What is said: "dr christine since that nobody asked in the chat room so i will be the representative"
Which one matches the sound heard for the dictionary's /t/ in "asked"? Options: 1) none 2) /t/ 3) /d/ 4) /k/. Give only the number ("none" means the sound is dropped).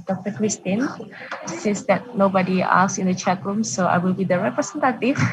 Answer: 1